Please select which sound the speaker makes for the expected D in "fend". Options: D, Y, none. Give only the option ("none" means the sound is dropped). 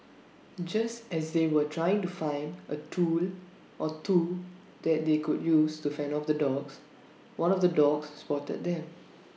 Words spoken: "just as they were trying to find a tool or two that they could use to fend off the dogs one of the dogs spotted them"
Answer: none